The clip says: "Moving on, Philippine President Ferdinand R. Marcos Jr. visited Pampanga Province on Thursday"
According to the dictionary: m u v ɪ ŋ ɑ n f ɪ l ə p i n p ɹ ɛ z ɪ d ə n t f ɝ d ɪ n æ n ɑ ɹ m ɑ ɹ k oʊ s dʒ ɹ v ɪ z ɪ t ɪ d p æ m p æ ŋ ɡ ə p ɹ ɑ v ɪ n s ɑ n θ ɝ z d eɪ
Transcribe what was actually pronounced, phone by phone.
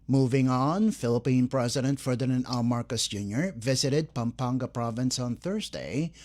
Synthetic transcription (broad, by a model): m u v ɪ ŋ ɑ n f ɪ l ə p i n p ɹ ɛ z ɪ d ə n t f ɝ d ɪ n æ n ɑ l m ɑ ɹ k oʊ s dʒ ɹ v ɪ z ɪ t ɪ d p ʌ m p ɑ ŋ ɡ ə p ɹ ɑ v ɪ n s ɑ n θ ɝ z d eɪ